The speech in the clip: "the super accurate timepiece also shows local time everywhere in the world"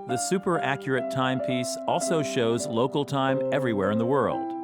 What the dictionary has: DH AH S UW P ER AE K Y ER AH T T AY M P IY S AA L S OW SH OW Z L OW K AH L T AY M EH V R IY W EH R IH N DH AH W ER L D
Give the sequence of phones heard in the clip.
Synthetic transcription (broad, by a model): DH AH S UW P ER AE K Y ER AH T T AY M P IY S AA L S OW SH OW Z L OW K L T AY M EH V R IY W EH R IH N DH AH W ER L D